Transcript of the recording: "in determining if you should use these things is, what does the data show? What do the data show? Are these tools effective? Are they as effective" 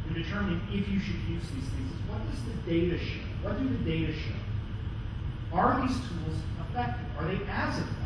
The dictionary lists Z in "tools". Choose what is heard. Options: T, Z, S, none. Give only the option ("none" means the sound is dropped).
Z